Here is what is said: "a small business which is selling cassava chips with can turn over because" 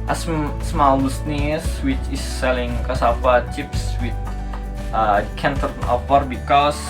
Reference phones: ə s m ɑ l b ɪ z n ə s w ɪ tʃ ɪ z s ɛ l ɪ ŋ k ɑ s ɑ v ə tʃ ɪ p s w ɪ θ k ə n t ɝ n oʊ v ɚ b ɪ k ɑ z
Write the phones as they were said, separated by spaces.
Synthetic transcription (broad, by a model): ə s m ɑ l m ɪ s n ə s w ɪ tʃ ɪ s ɛ l ɪ ŋ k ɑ s ɑ p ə tʃ ɪ p s w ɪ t k ə n t ɝ n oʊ p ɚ b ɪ k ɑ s